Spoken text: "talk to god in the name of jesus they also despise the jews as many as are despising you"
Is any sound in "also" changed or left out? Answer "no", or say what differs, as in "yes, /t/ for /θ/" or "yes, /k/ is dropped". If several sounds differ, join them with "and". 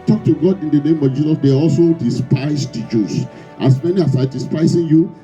no